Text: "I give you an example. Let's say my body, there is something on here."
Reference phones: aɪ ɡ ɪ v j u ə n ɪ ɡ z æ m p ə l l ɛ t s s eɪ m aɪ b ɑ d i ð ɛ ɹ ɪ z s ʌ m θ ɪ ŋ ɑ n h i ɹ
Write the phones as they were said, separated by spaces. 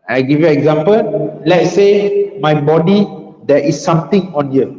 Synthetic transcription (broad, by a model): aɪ ɡ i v j u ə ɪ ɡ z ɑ m p ə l l ɛ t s s eɪ m aɪ b ɑ d i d ɛ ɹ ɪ s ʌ m t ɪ ŋ ɑ n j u